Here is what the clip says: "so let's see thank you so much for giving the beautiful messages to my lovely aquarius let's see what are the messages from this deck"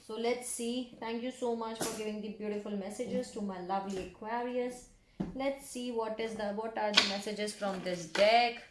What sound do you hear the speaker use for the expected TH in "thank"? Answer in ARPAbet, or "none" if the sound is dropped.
T